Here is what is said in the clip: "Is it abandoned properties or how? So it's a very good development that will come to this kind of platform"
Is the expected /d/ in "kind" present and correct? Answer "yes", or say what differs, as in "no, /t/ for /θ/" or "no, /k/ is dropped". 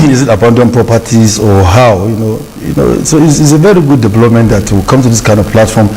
yes